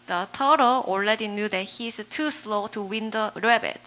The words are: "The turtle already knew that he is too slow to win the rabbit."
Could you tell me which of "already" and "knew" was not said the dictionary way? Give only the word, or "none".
already